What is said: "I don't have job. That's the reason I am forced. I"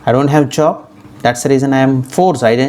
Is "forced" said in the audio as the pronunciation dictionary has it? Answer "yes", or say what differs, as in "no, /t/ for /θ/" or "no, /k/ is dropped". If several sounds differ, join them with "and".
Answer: no, /t/ is dropped